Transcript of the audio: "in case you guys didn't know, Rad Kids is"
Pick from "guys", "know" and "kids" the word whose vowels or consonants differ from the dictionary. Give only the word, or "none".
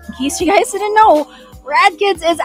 none